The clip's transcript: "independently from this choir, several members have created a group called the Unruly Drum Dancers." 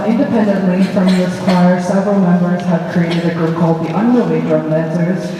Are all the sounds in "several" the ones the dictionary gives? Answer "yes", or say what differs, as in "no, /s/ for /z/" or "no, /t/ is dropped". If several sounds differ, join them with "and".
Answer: yes